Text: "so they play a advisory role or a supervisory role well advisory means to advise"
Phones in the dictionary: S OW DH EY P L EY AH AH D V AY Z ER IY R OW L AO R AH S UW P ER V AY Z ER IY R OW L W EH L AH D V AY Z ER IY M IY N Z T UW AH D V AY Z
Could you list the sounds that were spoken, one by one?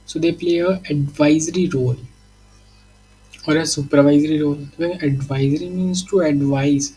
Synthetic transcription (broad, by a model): S OW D EY P L EY AH AH D V AY Z ER IY R OW L AO R AH S UW P ER V AY Z ER IY R OW L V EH N AH D V AY Z ER IY M IY N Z T UW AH D V AY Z